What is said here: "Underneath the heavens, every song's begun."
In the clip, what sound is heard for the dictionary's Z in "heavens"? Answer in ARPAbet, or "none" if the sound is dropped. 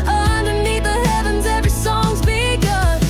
Z